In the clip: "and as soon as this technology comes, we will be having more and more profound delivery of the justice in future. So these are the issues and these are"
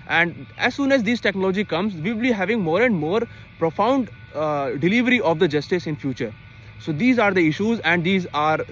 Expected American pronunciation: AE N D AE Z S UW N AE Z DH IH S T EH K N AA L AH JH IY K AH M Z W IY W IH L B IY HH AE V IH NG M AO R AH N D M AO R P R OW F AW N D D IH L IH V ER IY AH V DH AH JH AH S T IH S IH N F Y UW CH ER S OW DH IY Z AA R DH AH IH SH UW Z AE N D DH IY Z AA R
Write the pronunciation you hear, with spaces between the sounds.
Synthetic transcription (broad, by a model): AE N D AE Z S UW N AE Z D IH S T EH K N AA L AH JH IY K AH M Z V IY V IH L B IY HH AE V IH NG M AO R AH N D M AO R P R OW F AW N D D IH L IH V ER IY AH V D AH JH AH S T IH S IH N F Y UW CH ER S OW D IY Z AA R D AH IH SH UW Z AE N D IY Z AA R